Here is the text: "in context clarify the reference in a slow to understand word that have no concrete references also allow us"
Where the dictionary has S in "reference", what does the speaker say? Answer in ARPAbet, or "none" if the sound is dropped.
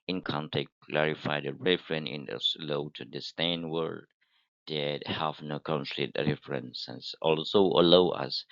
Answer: none